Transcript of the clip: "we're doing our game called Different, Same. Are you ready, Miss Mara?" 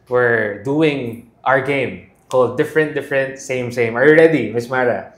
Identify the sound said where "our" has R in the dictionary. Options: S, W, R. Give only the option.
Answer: R